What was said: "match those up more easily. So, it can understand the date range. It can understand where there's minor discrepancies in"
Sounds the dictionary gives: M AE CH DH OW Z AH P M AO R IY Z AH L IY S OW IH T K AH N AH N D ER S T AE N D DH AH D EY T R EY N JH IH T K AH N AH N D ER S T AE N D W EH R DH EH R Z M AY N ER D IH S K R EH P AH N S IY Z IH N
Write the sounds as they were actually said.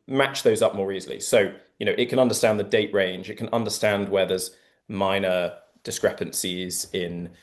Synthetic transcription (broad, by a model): M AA CH DH OW Z AH P M AO R IY Z AH L IY S OW IH T K AH N AH N D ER S T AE N DH AH D EY T R EY N JH IH T K AH N AH N D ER S T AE N D W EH DH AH Z M AY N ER D IH S K R EH P AH N S IY Z IH N